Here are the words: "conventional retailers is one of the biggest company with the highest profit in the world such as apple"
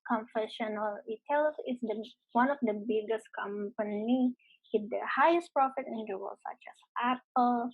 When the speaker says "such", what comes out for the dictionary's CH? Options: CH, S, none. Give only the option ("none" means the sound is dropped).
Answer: CH